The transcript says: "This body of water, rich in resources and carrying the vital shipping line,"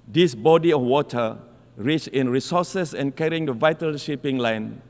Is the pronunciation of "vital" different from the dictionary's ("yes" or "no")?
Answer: no